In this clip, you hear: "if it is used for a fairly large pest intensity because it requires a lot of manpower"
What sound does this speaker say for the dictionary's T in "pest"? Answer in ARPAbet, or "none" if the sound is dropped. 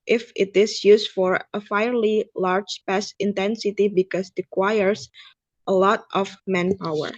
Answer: none